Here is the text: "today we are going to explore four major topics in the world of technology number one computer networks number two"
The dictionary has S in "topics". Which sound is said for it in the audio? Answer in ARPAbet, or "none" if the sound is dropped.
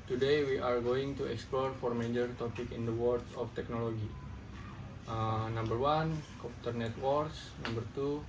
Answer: none